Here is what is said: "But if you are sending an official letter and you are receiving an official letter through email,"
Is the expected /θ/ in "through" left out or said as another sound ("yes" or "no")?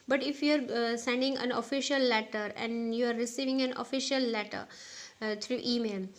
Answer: yes